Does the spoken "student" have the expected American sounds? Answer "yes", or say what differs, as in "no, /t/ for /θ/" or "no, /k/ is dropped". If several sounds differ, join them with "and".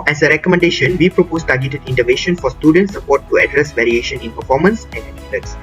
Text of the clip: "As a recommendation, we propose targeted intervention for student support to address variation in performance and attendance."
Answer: yes